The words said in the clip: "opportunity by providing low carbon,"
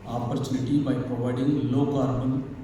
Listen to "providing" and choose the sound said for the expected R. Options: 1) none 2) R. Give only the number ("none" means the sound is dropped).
1